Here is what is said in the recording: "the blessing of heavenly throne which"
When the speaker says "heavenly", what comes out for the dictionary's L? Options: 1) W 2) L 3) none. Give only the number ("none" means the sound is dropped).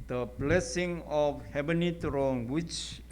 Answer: 3